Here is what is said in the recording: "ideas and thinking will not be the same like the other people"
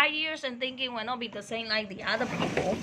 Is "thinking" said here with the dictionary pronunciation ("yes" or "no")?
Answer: yes